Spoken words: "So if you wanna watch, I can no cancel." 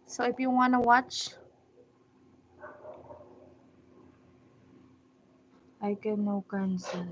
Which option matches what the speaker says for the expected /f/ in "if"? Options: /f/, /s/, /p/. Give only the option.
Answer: /p/